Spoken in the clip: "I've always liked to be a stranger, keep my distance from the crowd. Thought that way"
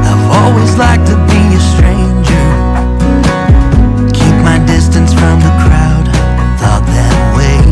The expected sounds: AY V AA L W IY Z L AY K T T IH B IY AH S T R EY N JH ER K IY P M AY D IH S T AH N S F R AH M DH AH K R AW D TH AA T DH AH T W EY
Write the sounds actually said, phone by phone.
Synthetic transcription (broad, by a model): AY V AA L W IY Z L AY K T T IH B IY AH S T R EY N JH ER K IY P M AY D IH S T AH N S F R AH M DH AH K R AW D TH AA T DH AH T W EY